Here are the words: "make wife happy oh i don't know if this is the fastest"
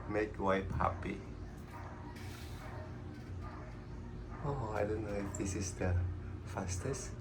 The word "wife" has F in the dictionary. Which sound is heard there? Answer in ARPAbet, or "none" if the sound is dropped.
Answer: P